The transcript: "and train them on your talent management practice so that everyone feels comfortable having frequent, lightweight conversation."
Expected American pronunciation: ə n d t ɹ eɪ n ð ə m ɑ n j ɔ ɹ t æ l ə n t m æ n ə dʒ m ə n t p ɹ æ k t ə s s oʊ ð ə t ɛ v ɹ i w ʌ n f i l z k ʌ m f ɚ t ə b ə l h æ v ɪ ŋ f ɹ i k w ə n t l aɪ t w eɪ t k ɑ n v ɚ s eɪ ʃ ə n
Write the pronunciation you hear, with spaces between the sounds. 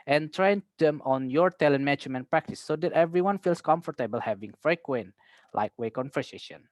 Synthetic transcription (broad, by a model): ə n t ɹ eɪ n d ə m ɑ n j ɔ ɹ t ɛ l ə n m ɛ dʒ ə m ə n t p ɹ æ k t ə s s oʊ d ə t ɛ v ɹ i w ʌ n f i l s k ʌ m f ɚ t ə b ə l h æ v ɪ ŋ f ɹ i k w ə n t l aɪ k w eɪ k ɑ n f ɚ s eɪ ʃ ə n